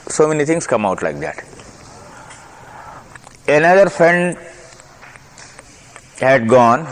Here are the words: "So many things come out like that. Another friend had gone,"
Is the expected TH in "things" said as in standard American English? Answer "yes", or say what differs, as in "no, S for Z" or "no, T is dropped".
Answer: no, T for TH